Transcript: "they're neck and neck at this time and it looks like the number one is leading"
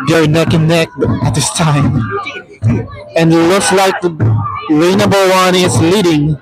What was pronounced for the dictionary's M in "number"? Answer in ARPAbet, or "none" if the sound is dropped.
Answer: none